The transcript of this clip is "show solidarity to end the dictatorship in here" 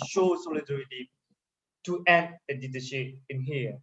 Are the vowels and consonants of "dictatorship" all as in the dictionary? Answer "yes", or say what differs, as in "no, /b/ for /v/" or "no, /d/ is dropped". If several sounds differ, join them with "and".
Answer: no, /k/ is dropped